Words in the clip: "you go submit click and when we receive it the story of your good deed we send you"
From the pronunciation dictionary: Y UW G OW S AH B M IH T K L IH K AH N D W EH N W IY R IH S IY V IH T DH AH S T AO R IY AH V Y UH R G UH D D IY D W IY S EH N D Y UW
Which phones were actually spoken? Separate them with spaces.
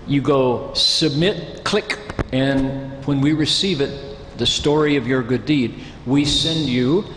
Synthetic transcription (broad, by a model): Y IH G OW S AH B M IH T K L IH K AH N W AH N W IY R IH S IY V IH T DH AH S T AO R IY AH V Y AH R G UH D D IY D W IY S EH N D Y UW